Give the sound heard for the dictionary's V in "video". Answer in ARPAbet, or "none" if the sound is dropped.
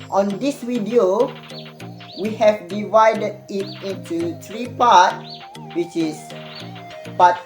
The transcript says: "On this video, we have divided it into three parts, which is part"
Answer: W